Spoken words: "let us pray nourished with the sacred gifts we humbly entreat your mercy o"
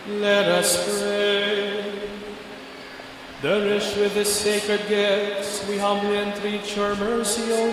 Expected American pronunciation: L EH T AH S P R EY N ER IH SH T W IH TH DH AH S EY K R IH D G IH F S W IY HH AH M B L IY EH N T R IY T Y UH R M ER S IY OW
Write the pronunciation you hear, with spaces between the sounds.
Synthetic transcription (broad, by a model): L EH T AH S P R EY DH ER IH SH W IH DH AH S EY K R IH D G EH S W IY HH AH M B L IY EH N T R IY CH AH R M ER S IY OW